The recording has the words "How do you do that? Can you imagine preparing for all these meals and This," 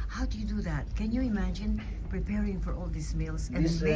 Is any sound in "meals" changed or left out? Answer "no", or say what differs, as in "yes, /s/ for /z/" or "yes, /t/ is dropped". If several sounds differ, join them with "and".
yes, /s/ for /z/